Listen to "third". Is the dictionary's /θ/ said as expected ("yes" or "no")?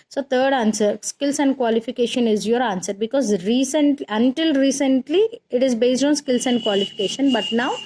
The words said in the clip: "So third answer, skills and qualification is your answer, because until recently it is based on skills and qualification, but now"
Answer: no